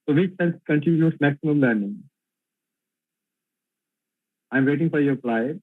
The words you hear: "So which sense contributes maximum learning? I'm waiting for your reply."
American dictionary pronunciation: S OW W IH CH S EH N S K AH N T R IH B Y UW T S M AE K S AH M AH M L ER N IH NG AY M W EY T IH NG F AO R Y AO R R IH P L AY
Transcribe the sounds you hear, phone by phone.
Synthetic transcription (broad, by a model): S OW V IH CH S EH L K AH N T IH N Y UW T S M AE K S AH M AH M L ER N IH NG AY M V EY T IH NG F AO R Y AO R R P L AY